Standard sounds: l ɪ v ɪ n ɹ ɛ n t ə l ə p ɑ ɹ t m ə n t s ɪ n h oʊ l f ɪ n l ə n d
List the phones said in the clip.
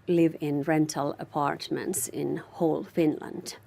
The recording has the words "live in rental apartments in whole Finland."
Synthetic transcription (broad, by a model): l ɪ v ɪ n ɹ ɛ n t ə l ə p ɑ ɹ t m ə n t s ɪ n h oʊ l f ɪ n l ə n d